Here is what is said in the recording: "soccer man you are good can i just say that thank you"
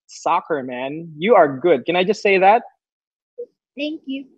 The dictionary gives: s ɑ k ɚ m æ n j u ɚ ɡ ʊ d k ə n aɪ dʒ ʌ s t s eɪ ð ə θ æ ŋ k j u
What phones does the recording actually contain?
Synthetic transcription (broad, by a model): s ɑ k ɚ m æ n j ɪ ɚ ɡ ʊ d k ə n aɪ dʒ ʌ s t s eɪ ð ə t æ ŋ k j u